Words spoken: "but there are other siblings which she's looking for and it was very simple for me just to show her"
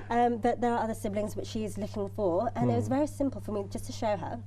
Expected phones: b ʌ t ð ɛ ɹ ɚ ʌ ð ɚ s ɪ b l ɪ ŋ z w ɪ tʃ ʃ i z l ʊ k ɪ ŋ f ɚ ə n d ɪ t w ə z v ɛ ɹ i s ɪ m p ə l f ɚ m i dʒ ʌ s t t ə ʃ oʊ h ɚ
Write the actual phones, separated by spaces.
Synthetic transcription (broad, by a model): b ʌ t ð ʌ ɹ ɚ ʌ ð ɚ s ɪ b l ɪ ŋ z w ɪ tʃ ʃ i z l ʊ k ɪ ŋ f ɚ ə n ɪ t w ə z v ɛ ɹ i s ɪ m p ə l f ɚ m i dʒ ʌ s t t ə ʃ oʊ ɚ